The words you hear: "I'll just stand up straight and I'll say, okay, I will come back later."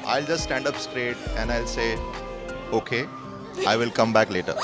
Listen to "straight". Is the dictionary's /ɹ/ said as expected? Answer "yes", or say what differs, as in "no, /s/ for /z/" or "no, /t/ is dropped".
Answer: yes